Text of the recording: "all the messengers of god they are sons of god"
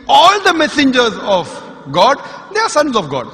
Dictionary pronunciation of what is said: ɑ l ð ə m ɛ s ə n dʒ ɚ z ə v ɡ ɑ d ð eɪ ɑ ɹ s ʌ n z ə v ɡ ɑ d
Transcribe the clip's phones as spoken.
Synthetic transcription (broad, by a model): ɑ l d ə m ɛ s ə n dʒ ɚ z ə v ɡ ɑ d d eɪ ɑ ɹ s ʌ n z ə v ɡ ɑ d